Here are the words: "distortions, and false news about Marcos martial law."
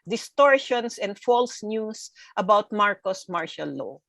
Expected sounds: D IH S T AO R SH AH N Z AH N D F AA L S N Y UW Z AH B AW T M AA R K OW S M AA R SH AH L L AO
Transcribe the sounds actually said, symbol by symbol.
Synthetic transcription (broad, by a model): D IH S T AO R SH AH N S AH N D F AA L S N Y UW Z AH B AW T M AA R K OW S M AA R SH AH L L AO